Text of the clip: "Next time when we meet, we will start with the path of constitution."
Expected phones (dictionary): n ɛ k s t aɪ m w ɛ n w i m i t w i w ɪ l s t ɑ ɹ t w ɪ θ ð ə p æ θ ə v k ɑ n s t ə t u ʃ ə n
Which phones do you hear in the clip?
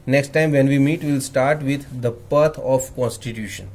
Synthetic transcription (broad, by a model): n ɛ k s t aɪ m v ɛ n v i m i t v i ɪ l s t ɑ ɹ t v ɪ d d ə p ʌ t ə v k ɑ n s t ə t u ʃ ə n